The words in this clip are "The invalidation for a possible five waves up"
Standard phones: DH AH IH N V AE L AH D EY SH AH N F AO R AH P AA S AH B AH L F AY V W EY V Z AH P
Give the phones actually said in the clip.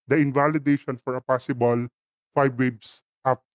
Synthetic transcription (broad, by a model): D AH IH N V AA L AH D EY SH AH N F AO R AH P AA S AH B AH L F AY B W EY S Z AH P